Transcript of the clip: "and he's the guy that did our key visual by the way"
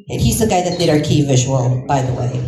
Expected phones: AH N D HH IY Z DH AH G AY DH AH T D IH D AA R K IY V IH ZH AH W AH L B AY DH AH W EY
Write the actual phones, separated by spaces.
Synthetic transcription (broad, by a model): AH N HH IY Z DH AH G AY DH AH T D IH D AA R K IY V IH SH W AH N B AY DH AH W EY